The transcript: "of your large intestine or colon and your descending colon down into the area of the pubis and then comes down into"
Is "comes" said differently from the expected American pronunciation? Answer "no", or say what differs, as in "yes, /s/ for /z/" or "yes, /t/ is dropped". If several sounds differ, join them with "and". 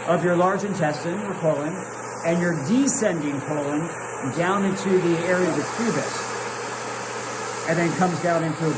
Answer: no